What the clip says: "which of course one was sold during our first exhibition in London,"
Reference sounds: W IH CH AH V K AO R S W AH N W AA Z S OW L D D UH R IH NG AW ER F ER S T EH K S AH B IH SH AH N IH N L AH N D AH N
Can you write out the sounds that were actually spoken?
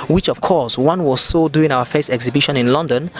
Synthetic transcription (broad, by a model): W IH CH AH V K AO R S W AH N W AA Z S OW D D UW IH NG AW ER F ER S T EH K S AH B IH SH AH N IH N L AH N D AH N